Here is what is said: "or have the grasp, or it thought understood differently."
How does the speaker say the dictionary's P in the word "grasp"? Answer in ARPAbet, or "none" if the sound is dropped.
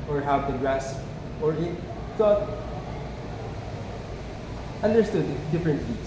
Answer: none